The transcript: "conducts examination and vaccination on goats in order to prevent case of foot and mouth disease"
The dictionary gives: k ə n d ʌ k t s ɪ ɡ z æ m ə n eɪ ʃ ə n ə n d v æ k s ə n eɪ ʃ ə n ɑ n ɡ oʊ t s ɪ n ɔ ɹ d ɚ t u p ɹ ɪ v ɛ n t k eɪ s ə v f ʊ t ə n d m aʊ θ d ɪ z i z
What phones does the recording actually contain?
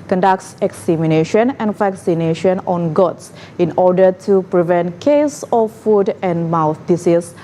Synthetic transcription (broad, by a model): k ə n d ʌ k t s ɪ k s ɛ m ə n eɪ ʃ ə n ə n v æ k s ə n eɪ ʃ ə n ɑ n ɡ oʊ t s ɪ n ɔ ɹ d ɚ t u p ɹ ɪ v ɛ n t k eɪ s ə f f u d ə n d m aʊ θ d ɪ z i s